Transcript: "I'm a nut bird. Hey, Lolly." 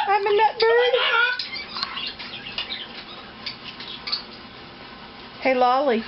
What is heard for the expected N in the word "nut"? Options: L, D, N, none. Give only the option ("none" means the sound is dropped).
N